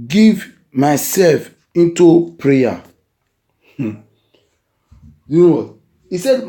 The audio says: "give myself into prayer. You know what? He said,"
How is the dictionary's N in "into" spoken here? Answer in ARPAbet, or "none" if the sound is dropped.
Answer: N